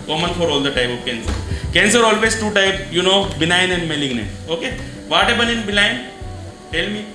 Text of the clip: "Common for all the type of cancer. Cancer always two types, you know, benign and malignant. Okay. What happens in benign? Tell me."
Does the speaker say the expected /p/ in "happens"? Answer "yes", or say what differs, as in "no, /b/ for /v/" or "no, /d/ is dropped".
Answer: no, /b/ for /p/